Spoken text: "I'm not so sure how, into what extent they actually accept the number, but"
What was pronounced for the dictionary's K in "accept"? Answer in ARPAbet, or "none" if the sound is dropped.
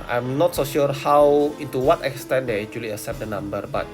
none